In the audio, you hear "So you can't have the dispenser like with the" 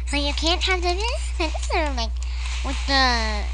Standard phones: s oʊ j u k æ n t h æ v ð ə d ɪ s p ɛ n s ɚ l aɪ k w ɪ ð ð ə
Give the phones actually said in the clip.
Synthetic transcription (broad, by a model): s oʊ j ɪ k æ n t h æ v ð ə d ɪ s ɛ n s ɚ l aɪ k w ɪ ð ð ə